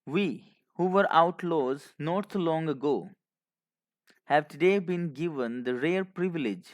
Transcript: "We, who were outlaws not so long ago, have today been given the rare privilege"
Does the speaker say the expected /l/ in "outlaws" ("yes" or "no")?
yes